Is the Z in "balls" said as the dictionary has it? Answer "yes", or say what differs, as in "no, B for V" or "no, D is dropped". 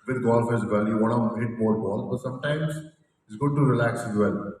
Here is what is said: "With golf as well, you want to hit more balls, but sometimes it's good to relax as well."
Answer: no, Z is dropped